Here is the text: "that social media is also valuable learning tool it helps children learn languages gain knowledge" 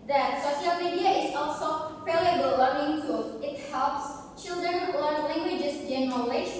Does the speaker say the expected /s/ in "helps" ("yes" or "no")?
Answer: yes